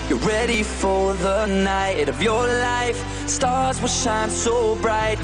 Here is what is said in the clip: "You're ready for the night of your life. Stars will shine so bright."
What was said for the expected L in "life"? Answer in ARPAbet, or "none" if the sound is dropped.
L